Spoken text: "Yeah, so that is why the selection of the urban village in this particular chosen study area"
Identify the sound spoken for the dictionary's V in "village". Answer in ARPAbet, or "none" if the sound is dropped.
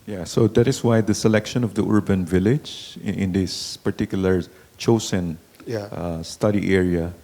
V